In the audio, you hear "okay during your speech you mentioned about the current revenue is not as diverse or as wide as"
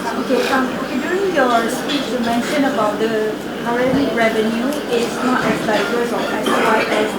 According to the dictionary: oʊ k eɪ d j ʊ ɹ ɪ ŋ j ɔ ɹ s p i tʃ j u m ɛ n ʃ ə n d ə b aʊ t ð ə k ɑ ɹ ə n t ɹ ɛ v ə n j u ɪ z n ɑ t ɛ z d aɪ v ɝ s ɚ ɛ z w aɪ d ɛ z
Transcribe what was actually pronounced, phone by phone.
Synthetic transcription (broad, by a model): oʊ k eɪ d j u ɹ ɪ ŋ j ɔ s p i tʃ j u m ɛ n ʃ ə n ə b aʊ t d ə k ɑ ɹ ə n ɹ ɛ v ə n j u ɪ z n ɑ t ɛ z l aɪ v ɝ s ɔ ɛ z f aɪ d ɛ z